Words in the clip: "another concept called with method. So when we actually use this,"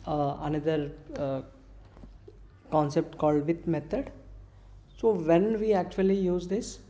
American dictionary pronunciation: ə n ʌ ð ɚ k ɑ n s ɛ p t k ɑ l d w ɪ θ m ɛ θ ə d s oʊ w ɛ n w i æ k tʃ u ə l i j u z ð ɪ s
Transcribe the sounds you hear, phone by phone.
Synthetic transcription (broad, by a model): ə n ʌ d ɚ k ɑ n s ɛ p t k ɑ l d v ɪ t m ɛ t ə d s oʊ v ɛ n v i æ k tʃ u ə l i j u z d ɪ s